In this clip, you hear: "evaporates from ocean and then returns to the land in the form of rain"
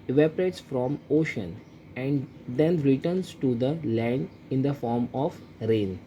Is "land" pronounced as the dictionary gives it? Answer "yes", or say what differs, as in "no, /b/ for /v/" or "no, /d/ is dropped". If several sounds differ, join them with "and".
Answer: no, /d/ is dropped